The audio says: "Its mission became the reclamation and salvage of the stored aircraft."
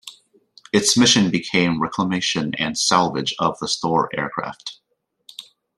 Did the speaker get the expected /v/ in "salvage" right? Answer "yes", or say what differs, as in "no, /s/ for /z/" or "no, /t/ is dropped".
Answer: yes